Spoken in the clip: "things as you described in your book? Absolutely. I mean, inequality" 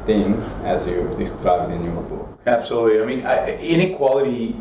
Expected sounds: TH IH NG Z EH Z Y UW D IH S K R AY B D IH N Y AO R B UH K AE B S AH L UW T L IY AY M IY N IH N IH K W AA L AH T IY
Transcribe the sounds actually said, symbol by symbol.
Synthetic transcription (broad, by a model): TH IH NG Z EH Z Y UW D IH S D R AY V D IH N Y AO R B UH AE B S AH L UW T L IY AY M IY N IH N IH K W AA L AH T IY